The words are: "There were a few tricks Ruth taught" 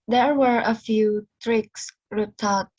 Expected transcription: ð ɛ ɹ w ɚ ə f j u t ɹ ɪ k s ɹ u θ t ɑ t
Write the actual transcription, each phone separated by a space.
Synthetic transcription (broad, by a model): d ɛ ɹ w ɚ ə f j u t ɹ ɪ k s ɹ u t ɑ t